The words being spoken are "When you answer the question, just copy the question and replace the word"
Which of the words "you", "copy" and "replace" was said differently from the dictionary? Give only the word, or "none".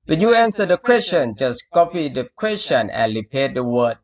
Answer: replace